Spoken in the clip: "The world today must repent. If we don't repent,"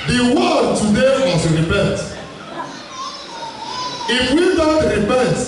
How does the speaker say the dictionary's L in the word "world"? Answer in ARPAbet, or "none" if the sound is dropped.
none